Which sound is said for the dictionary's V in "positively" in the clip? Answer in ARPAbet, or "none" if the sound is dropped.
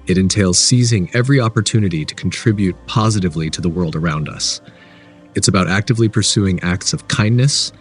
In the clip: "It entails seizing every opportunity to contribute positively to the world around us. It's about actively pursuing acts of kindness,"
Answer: V